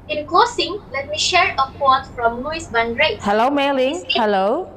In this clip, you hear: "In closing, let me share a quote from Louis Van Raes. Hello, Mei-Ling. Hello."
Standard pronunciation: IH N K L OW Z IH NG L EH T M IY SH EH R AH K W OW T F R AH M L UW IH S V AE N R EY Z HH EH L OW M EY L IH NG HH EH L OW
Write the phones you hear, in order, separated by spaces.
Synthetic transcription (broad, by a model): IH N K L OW S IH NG L EH T M IY SH EH R AH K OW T F R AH M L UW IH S B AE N R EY HH EH L OW M EY L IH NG HH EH L OW